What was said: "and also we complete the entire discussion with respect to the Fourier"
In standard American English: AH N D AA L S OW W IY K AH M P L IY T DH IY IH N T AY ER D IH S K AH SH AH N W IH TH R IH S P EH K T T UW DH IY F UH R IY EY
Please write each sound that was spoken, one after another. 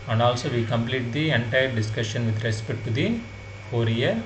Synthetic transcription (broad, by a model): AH N AA L S OW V IY K AH M P L IY T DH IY IH N T AY ER D IH S K AH SH AH N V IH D R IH S P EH T T UW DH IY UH R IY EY